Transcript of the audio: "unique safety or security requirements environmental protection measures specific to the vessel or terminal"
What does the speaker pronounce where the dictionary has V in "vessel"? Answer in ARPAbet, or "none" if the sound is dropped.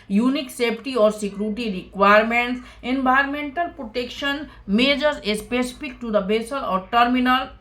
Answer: B